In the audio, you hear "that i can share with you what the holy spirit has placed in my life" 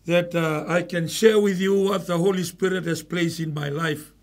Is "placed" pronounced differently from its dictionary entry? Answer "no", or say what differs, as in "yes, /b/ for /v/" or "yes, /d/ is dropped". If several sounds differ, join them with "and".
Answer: yes, /t/ is dropped